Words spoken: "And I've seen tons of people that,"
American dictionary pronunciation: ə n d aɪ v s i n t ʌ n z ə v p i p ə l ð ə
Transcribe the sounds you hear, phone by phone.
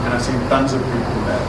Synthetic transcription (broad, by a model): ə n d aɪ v s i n t ʌ n z ə v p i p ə n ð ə